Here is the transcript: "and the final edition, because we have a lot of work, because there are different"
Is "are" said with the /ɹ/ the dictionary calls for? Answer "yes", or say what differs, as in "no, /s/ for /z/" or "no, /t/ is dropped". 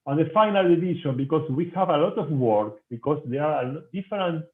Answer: no, /l/ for /ɹ/